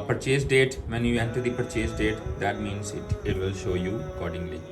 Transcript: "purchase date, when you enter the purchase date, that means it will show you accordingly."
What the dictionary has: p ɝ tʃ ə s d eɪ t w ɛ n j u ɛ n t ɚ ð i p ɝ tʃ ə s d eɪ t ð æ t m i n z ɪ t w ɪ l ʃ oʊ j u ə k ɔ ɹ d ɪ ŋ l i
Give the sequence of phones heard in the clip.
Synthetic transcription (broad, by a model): p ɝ tʃ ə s d eɪ t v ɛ n j u ɛ n t ɚ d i p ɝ tʃ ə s d eɪ t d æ t m i n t ɪ t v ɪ l ʃ oʊ j u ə k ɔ ɹ d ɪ ŋ l i